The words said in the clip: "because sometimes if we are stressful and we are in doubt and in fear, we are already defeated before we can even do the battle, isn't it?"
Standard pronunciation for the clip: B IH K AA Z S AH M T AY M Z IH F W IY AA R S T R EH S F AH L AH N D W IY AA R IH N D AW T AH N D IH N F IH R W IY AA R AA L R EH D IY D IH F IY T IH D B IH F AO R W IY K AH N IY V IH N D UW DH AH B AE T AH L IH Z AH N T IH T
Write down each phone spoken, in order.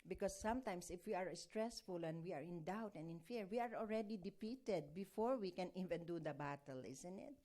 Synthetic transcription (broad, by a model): B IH K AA S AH M T AY M S IH F W IY AA R S T R EH S F AH L AH N D W IY AA R IH N D AW T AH N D IH N F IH R W IY AA R AA L R EH D IY D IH P IY T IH D B IH F AO R W IY K AH N IY V IH N D UW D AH B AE T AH L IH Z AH N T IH T